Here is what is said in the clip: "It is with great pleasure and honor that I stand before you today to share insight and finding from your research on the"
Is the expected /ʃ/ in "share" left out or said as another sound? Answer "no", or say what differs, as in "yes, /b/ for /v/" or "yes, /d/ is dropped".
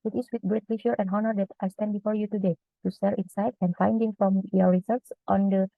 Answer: yes, /s/ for /ʃ/